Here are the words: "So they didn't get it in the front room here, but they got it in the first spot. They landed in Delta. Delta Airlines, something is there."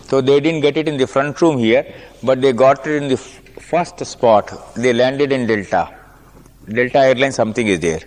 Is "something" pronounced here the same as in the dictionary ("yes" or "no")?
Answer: no